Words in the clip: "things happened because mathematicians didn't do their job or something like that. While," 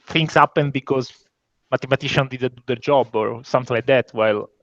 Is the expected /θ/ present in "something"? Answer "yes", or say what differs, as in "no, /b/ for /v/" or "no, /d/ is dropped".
no, /t/ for /θ/